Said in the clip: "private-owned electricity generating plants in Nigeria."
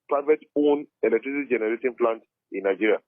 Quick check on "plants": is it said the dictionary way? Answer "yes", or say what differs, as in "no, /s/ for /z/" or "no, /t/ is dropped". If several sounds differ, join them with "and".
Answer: no, /s/ is dropped